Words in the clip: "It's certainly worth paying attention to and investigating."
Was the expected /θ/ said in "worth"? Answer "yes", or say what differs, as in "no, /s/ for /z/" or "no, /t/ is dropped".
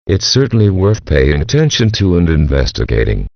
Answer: yes